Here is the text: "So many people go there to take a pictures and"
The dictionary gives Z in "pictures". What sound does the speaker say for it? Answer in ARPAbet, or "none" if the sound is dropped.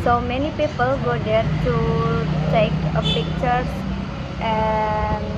S